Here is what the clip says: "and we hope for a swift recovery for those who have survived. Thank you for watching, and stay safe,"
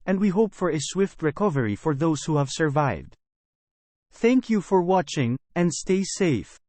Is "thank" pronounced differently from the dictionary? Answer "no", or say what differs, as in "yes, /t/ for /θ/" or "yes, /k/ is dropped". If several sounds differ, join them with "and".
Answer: no